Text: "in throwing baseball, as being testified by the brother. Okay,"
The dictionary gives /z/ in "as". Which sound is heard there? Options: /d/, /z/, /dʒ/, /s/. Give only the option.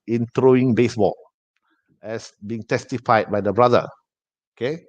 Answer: /s/